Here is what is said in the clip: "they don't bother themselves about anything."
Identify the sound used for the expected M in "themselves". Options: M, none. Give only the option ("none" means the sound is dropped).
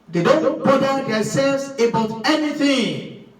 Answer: none